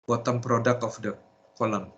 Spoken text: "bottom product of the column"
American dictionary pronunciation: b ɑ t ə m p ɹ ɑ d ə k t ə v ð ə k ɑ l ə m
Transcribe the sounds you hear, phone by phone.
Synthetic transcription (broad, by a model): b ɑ t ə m p ɹ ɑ d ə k ə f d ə k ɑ l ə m